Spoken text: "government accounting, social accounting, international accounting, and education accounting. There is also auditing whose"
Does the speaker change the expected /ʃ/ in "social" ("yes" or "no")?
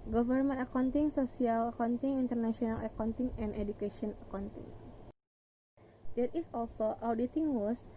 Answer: yes